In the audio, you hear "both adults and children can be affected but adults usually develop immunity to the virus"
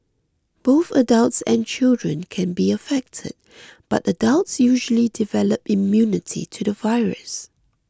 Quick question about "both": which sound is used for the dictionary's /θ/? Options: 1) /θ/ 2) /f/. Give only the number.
1